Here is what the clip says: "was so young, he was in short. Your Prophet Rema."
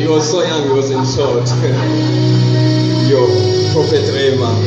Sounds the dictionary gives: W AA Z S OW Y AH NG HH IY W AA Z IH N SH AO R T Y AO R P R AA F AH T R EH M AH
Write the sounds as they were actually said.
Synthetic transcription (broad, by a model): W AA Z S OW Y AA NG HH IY W AA Z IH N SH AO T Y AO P AA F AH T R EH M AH